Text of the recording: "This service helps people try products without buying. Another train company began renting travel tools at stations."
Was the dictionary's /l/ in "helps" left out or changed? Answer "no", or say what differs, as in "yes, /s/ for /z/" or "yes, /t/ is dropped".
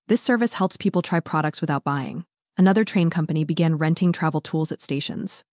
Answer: no